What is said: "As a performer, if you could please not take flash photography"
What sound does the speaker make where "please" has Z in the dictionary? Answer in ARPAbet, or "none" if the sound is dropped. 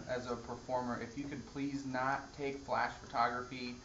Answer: Z